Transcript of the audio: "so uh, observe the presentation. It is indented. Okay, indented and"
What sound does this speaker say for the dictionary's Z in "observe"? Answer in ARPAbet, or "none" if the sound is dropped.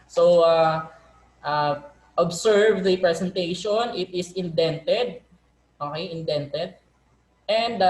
S